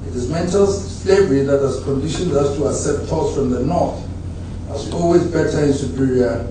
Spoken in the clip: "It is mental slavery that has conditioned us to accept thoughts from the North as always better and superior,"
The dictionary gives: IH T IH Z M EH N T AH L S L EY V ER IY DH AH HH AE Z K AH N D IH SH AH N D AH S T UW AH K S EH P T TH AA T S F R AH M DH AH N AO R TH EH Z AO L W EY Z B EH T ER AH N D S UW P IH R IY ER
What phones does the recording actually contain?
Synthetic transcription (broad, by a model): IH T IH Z M EH N T AH L S L EY V ER IY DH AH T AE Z K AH N D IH SH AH N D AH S T UW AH S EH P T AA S F R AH M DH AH N AO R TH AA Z AO L W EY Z B EH T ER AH N S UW P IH R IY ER